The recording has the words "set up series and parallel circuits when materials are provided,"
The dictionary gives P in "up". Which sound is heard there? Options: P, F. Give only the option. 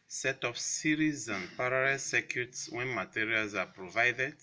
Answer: F